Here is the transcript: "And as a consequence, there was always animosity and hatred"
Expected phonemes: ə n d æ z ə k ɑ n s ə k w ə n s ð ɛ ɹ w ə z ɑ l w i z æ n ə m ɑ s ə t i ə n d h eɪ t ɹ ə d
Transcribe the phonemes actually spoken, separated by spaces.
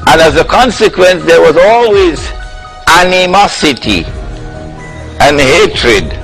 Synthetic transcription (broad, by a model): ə n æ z ə k ɑ n s ə k w ə n s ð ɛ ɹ w ə z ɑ l w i z æ n ə m ɑ s ə t i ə n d h eɪ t ɹ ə d